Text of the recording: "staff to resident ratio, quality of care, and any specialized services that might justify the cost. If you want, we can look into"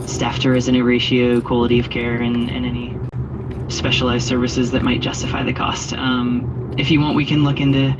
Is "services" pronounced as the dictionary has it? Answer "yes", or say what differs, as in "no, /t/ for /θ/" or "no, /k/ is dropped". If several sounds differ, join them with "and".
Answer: yes